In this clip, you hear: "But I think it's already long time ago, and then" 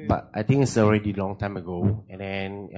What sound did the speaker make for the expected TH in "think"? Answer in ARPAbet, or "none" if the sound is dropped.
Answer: T